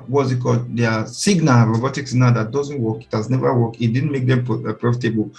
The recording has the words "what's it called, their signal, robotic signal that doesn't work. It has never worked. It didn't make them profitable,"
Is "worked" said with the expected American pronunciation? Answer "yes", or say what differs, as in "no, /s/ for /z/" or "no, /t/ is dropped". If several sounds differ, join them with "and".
no, /t/ is dropped